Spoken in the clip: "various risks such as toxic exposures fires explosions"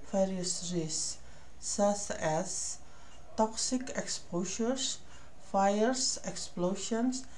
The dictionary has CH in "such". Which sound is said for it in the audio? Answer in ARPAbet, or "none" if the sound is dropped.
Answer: S